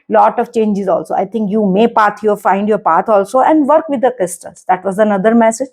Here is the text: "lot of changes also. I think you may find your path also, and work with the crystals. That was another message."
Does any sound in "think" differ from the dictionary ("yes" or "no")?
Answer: yes